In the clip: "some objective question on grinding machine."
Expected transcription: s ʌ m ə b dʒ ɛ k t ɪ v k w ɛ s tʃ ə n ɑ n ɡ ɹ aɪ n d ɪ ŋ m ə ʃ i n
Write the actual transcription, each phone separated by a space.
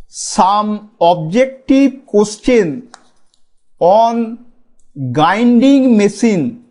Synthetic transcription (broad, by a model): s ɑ m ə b dʒ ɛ k t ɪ b k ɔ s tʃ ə n ɑ n ɡ aɪ n d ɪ ŋ m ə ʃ i n